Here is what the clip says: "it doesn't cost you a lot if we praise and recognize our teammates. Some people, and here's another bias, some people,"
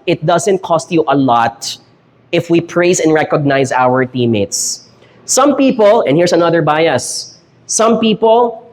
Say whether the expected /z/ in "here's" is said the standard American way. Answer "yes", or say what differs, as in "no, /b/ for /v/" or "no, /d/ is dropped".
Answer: no, /s/ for /z/